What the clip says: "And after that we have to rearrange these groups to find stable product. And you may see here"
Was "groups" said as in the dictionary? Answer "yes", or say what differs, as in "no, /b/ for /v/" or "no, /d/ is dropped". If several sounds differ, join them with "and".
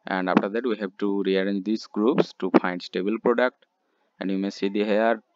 yes